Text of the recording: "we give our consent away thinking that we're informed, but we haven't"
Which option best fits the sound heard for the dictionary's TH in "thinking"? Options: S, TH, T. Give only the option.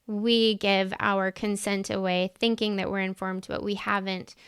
TH